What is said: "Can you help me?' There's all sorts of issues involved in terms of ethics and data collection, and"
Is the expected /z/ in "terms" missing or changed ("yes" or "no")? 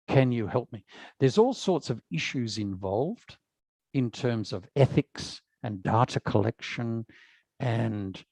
no